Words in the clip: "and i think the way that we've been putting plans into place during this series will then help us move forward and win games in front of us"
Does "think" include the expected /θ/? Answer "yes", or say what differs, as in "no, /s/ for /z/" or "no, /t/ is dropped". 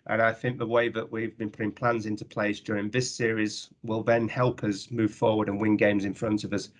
yes